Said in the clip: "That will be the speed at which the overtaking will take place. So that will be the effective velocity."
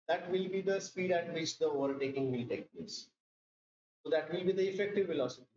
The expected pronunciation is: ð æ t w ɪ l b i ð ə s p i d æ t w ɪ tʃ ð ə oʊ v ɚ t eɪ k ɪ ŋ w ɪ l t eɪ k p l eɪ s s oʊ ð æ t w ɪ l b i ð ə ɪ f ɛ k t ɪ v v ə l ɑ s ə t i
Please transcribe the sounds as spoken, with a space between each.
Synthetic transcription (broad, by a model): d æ t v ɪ l b i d ə s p i d æ t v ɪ tʃ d ə oʊ v ɚ t eɪ k ɪ ŋ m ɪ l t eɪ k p eɪ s s oʊ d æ t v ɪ l b i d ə ɪ f ɛ k t ɪ v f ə l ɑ s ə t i